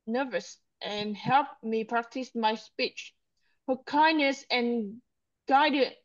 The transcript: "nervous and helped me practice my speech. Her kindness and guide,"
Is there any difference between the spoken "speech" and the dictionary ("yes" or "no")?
no